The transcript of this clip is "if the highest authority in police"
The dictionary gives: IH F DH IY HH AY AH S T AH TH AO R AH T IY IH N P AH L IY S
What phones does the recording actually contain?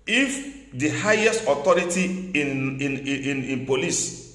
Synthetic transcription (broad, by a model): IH F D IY HH AY AH S T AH T AO R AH T IY IH N P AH L IY S